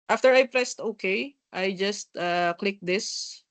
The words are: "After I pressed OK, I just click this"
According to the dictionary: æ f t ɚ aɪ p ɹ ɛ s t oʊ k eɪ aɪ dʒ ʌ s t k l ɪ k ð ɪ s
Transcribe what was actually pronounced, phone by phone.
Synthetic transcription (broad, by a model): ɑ f t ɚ aɪ p ɹ ɛ s t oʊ k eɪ aɪ dʒ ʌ s t k l ɪ k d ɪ s